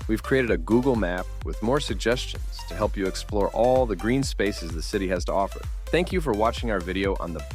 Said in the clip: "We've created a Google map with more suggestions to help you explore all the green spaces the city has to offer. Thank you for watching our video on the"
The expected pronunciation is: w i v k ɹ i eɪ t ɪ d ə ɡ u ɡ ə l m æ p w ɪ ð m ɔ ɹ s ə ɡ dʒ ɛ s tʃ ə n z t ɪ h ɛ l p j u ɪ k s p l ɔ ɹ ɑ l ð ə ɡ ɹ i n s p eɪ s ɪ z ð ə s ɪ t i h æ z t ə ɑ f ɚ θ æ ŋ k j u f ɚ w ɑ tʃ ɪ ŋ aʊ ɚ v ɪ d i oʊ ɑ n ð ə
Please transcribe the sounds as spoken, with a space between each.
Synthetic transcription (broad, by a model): w i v k ɹ i eɪ t ɪ d ə ɡ u ɡ l m æ p w ɪ ð m ɔ ɹ s ə ɡ dʒ ɛ s tʃ ə n z t ɪ h ɛ l p j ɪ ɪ k s p l ɔ ɹ ɑ l ð ə ɡ ɹ i n s p eɪ s ɪ z ð ə s ɪ t i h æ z t ə ɑ f ɚ θ æ ŋ k j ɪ f ɚ w ɑ tʃ ɪ ŋ aʊ ɚ v ɪ d i oʊ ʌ n ð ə